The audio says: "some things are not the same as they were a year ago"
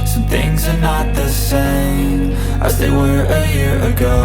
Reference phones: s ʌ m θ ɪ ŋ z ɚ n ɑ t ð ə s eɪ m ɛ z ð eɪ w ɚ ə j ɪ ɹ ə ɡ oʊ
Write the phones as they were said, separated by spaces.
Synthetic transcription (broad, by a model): s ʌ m θ ɪ ŋ z ɚ n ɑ t ð ə s eɪ m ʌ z ð eɪ w ɚ ə j ɪ ɹ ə ɡ oʊ